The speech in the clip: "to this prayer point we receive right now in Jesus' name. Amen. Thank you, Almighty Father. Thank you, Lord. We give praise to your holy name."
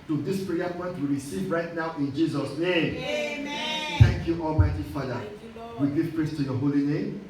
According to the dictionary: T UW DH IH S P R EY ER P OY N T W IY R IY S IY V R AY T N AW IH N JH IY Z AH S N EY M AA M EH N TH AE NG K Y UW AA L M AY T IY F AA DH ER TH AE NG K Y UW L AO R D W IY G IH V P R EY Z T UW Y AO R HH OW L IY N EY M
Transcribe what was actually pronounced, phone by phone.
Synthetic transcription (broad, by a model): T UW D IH S P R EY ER P OY N T W IY R IY S IY V R AY T N AW IH N JH IY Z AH S N EY M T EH NG K Y UW AA L M AY T IY F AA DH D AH W IY G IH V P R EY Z T UW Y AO HH OW L IY N EY M